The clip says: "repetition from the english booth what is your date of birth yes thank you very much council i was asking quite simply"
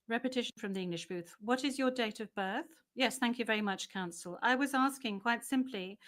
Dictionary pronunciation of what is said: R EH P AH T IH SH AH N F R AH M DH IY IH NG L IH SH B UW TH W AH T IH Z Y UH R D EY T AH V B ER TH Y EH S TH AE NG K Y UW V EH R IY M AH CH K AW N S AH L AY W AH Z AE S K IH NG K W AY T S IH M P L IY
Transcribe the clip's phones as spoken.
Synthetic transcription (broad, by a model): R EH P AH T IH SH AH N F R AH M DH IY IH NG L IH SH B UW TH W AH T IH Z Y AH R D EY T AH V B ER TH Y EH S TH AE NG K Y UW V EH R IY M AH CH K AW N S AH L AY W AH Z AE S K IH NG K W AY T S IH M P L IY